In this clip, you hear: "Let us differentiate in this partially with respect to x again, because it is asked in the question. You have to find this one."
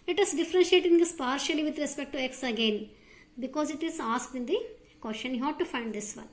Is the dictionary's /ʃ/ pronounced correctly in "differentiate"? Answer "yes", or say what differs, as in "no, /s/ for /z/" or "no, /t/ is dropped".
yes